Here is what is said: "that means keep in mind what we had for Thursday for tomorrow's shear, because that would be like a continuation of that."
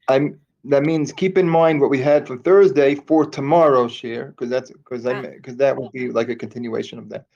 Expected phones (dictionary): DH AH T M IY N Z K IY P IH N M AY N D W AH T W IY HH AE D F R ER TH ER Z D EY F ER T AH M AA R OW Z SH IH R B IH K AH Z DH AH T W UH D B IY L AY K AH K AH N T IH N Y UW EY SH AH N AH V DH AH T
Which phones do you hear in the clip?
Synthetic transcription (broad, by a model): DH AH T M IY N Z K IY P IH N M AY N D W AH T W IY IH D F R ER TH ER Z D EY F ER T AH M AA R OW SH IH R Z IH K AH Z DH AH T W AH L B IY L AY K AH K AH N T IH N Y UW EY SH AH N AH V DH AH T